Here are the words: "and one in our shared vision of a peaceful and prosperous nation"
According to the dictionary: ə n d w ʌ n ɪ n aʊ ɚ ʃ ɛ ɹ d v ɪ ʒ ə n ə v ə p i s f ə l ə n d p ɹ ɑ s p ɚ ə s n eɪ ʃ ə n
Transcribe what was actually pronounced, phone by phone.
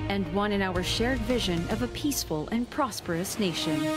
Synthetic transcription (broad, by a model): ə n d w ʌ n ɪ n aʊ ɚ ʃ ɛ ɹ d v ɪ ʒ ə n ə v ə p i s f ə l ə n p ɹ ɑ s p ɚ ə s n eɪ ʃ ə n